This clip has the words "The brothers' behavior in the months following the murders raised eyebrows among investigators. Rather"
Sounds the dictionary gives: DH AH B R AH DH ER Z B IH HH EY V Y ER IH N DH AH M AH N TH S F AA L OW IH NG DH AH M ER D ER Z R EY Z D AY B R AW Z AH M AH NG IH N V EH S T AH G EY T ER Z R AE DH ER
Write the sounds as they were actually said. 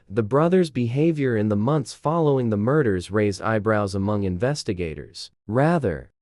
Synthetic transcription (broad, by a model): DH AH B R AH DH ER Z B IH HH EY V Y ER IH N DH AH M AH N TH S F AA L OW IH NG DH AH M ER D ER Z R EY Z D AY B R AW Z AH M AH NG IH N V EH S T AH G EY T ER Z R AE DH ER